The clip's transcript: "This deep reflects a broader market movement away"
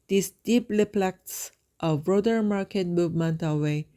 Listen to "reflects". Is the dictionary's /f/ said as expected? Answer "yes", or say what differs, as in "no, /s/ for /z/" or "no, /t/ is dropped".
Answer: no, /p/ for /f/